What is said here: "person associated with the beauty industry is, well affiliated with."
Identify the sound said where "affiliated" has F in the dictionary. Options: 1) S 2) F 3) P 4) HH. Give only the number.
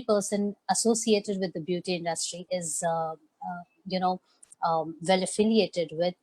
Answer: 2